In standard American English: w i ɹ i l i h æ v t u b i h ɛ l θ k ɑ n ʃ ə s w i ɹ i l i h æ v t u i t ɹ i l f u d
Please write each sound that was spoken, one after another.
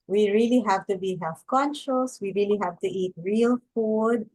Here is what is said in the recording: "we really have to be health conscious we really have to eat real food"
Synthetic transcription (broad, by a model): w i ɹ i l i h æ v t u b i h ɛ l f k ɑ n ʃ ə s w i ɹ i l i h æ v t u i t ɹ i l f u d